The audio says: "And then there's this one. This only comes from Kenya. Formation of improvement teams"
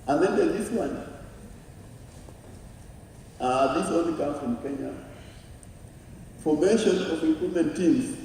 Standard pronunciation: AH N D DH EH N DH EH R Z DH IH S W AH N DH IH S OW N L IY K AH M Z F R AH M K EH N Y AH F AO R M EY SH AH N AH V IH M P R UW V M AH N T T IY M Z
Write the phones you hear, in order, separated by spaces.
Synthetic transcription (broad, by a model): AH N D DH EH N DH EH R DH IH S W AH N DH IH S OW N L IY K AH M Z F R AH M K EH N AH F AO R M EY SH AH N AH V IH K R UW M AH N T T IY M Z